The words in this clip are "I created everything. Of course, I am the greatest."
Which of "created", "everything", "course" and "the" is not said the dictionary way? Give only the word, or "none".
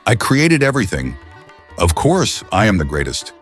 none